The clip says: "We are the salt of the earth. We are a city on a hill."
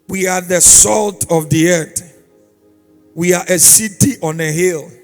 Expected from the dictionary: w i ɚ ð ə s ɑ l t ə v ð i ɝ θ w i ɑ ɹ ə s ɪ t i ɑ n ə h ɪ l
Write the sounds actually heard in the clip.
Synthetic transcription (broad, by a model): w i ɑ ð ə s ɑ l t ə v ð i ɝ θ w i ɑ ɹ ə s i t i ɑ n ə h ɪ l